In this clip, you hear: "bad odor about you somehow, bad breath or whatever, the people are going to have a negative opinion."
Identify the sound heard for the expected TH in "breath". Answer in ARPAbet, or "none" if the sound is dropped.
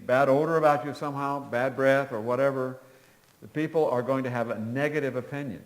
TH